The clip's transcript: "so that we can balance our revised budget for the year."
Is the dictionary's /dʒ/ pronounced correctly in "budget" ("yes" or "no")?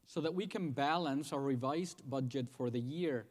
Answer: yes